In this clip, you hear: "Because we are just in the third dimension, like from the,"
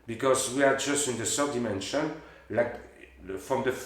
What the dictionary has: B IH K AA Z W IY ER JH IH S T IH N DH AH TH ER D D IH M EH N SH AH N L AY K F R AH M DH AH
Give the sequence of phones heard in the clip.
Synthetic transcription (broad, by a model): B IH K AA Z W IY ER JH IH S T IH N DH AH S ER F D IH M EH N SH AH N L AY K F R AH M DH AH